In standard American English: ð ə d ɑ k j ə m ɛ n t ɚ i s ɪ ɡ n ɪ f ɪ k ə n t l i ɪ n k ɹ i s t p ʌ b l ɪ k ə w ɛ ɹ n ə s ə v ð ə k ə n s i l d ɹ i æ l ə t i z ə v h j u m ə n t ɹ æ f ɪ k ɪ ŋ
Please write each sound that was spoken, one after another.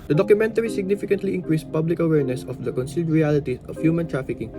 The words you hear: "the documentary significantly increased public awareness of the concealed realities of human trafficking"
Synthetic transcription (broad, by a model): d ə d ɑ k j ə m ɛ n t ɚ i s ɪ ɡ n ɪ f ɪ k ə n t l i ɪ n k ɹ i s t p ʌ b l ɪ k ə w ɛ ɹ n ə s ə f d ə k ə n s i l d ɹ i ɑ l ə t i ə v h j u m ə n t ɹ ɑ f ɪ k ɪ ŋ